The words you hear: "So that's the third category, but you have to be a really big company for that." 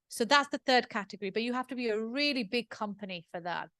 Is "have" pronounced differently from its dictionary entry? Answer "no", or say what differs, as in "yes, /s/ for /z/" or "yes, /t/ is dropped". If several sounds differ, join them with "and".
yes, /f/ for /v/